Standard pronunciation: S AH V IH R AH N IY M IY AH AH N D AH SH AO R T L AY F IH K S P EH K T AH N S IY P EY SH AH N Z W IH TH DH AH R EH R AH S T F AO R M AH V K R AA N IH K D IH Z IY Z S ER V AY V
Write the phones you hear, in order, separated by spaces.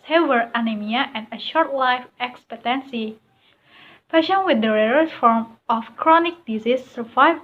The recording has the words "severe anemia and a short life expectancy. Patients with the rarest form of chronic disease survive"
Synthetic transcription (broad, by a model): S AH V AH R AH N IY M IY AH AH N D AH SH AO R T L AY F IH K S P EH T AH N S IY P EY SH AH N W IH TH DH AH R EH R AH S F AO R M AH F K R AA N IH K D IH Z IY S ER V AY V